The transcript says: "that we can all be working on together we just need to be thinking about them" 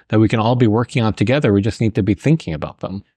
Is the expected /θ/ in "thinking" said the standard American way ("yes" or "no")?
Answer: yes